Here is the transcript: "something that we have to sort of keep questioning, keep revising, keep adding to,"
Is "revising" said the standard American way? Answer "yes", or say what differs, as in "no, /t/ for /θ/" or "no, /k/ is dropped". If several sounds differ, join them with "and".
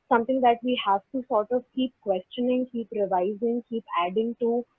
yes